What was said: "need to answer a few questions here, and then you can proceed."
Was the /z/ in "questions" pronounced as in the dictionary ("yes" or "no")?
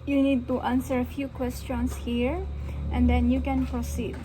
no